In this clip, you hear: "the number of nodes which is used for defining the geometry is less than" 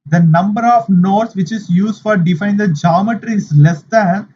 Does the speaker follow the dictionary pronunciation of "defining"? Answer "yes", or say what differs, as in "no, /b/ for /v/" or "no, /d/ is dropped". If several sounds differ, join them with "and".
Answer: no, /n/ is dropped